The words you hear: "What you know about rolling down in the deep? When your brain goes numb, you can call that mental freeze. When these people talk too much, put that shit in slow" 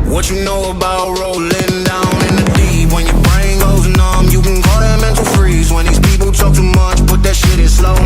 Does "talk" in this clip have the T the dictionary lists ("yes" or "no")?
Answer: yes